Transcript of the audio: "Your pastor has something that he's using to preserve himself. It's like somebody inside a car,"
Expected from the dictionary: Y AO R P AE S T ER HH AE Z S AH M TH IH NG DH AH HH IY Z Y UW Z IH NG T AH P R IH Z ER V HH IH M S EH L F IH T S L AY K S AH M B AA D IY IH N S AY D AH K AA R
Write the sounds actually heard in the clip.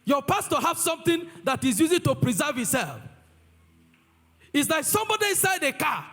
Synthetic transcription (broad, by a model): Y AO P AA S T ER HH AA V S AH M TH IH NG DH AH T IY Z Y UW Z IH T AH P R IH Z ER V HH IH S EH L F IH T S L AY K S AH M B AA D IY IH N S AY D AH K AA